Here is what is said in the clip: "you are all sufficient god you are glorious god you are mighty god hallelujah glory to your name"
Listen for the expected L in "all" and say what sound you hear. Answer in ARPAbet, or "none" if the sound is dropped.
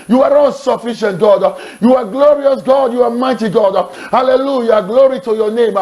N